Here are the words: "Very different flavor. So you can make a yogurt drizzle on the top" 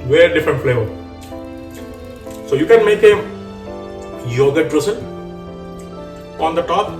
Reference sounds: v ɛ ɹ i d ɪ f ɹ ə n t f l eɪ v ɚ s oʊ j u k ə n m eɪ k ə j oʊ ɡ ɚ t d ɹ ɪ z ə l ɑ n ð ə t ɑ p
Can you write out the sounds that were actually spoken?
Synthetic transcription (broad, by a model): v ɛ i d ɪ f ɹ ə n t f l eɪ v ɚ s oʊ j u k ə n m eɪ k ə j oʊ ɡ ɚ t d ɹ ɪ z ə n ɑ n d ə t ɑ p